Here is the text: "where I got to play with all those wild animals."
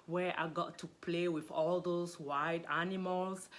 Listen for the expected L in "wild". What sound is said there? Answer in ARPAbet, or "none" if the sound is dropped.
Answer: none